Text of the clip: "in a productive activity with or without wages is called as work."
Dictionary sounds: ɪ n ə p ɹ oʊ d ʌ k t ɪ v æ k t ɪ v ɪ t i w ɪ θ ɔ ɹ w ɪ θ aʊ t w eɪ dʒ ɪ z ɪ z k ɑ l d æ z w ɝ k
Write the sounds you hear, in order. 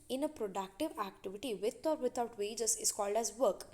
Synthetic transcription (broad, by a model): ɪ n ə p ɹ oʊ d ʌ k t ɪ v æ k t ɪ v ɪ t i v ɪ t ɔ ɹ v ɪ t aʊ t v eɪ dʒ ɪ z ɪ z k ɑ l d æ z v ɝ k